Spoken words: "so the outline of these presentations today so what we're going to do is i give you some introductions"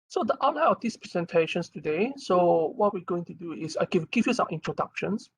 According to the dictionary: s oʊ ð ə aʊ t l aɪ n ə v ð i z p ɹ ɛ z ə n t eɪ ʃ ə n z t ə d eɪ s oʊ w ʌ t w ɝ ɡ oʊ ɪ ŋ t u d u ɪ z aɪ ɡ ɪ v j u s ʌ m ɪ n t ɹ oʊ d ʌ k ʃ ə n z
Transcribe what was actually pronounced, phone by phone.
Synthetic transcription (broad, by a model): s oʊ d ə t aɪ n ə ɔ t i s p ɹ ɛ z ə n t eɪ ʃ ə n s t ə d eɪ s oʊ w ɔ t w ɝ ɡ oʊ ɪ ŋ t u d u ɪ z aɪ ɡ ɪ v j u s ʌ m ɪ n t ɹ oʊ d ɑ k ʃ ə n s